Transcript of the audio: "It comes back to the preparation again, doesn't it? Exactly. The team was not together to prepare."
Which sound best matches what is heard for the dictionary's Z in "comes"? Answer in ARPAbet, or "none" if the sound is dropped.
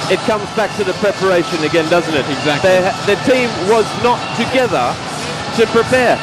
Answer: Z